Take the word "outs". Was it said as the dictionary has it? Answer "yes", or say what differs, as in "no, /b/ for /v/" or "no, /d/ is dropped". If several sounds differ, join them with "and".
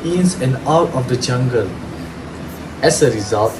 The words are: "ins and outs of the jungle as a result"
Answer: no, /s/ is dropped